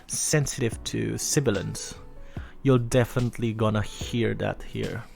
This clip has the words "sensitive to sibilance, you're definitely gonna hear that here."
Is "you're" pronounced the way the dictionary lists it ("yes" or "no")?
no